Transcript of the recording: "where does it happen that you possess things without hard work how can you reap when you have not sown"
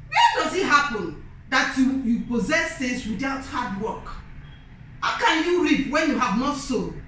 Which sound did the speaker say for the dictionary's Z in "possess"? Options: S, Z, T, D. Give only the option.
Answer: Z